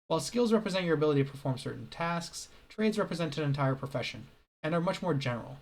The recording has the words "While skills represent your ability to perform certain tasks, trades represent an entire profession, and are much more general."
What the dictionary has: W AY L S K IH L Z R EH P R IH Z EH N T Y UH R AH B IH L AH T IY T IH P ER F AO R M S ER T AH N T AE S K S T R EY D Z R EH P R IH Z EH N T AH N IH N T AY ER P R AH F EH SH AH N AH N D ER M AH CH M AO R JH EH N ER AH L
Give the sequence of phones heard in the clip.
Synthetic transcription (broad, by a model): W AY L S K IH L Z R EH P R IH Z EH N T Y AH R AH B IH L AH T IY T IH P ER F AO R M S ER T N T AE S K S T R EY D Z R EH P R IH Z EH N T AH N IH N T AY ER P R AH F EH SH AH N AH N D ER M AH CH M AO R JH EH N ER L